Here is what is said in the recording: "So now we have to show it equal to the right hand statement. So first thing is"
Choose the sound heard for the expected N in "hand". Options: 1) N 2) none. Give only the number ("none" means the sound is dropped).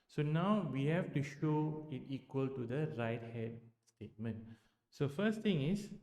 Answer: 2